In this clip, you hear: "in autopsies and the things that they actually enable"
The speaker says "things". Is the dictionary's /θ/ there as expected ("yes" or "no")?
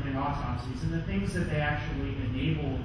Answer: yes